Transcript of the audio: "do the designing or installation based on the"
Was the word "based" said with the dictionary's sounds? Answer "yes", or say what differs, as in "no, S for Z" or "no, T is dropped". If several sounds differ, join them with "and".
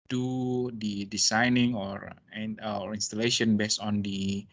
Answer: no, T is dropped